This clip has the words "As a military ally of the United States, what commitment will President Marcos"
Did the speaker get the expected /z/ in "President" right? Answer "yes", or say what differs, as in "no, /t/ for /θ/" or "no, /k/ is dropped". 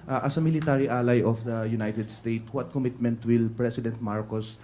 no, /s/ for /z/